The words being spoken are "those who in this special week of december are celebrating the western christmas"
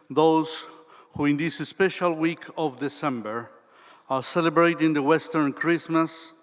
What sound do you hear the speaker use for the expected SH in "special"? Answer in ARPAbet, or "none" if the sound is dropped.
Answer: SH